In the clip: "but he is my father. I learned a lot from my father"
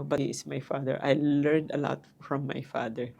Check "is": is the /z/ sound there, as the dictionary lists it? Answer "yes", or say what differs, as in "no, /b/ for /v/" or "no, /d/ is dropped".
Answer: no, /s/ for /z/